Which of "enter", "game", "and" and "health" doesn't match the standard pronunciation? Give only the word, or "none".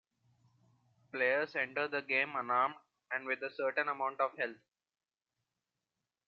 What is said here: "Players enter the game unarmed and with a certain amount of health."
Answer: health